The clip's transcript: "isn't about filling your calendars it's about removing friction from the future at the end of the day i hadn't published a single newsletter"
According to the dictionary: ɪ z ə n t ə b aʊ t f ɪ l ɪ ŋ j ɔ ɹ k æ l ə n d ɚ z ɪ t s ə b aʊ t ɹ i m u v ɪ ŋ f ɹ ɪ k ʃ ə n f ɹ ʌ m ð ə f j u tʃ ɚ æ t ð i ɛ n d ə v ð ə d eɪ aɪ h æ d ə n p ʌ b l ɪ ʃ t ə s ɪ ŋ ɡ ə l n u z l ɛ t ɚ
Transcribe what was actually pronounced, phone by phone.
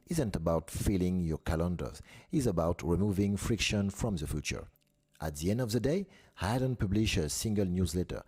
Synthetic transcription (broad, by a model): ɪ z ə n t ə b aʊ t f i l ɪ ŋ j ɔ ɹ k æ l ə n d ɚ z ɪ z ə b aʊ t ɹ i m u v ɪ ŋ f ɹ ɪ k ʃ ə n f ɹ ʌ m ð ə f j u tʃ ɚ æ t ð i ɛ n d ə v ð ə d eɪ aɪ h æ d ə n p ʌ b l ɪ ʃ ə s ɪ ŋ ɡ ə l n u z l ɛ t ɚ